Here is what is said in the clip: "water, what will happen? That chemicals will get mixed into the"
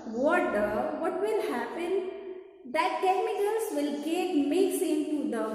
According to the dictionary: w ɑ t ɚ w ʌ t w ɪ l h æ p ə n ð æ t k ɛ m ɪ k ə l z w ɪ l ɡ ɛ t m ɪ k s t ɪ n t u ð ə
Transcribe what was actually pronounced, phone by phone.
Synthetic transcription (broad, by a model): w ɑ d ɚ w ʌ t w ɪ l h æ p ə n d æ t k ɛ m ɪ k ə l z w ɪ l ɡ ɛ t m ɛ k s ɪ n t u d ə